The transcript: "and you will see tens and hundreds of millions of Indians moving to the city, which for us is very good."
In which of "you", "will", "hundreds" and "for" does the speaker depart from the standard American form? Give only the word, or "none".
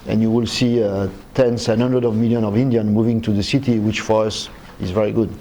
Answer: hundreds